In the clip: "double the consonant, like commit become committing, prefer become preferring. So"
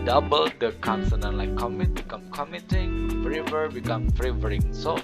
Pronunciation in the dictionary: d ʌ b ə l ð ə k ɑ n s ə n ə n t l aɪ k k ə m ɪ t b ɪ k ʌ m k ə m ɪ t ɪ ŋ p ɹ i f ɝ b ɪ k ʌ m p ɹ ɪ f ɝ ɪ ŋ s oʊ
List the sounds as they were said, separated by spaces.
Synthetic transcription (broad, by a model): d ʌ b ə l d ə k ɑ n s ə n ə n l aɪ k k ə m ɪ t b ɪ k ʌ m k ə m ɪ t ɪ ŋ f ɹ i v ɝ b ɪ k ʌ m f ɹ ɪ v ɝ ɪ ŋ s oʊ